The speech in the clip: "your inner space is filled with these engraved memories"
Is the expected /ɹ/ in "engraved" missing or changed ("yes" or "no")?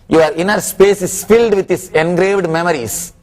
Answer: no